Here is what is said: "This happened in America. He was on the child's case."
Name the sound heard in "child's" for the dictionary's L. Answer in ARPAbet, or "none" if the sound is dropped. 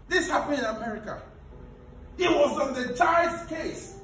none